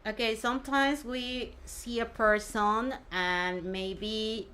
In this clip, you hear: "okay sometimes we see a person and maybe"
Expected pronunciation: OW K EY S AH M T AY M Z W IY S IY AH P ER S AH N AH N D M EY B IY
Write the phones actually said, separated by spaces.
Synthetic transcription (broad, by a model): OW K EY S AH M T AY M Z W IY S IY AH P ER S AH N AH N M EY B IY